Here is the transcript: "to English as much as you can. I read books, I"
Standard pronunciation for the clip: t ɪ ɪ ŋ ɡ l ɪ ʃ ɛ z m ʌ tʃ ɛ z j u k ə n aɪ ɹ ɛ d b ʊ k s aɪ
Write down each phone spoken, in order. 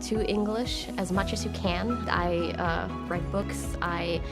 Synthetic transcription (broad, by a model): t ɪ ɪ ŋ ɡ l ɪ ʃ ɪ z m ʌ tʃ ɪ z j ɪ k ə n aɪ ɹ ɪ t b ʊ k s aɪ